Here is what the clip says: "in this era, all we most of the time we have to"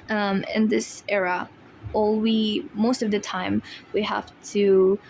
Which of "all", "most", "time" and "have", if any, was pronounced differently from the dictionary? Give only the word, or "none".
have